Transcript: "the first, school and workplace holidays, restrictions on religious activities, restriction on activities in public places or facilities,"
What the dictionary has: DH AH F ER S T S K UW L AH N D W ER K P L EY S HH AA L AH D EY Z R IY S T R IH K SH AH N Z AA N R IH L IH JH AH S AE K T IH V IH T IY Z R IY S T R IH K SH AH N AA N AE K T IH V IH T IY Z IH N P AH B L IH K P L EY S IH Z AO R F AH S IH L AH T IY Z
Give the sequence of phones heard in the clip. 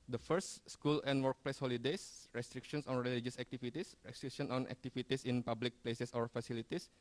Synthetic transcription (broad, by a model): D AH F ER S T S K UW L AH N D W ER K P L EY S HH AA L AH D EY S R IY S T R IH K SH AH N S AA N R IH L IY JH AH S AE K T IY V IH T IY S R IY S T R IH K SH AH N AA N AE K T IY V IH T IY S IH N P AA B L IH K P L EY S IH S AO R F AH S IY L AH T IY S